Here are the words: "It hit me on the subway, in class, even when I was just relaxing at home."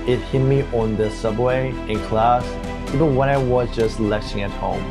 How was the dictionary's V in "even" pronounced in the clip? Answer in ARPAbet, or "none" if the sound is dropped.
P